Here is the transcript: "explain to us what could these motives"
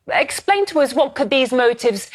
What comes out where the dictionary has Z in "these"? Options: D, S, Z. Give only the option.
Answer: Z